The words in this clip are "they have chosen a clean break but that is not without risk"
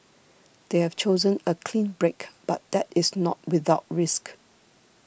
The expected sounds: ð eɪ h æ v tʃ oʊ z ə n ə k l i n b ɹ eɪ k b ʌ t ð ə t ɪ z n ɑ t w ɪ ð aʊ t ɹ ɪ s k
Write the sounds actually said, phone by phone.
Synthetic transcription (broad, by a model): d eɪ h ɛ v tʃ oʊ z ə n ə k l i n b ɹ eɪ k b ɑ t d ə t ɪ s n ɑ t w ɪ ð aʊ t ɹ ɪ s k